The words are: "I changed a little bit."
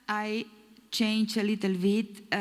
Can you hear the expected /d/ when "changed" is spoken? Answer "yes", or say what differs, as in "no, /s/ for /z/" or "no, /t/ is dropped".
no, /d/ is dropped